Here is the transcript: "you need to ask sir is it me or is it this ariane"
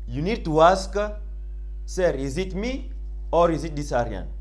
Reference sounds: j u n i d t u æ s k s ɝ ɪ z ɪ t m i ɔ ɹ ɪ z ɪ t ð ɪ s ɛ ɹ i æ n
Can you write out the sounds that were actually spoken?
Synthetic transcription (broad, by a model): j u n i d t u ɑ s k s ɝ ɪ z ɪ t m i ɔ ɹ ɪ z ɪ t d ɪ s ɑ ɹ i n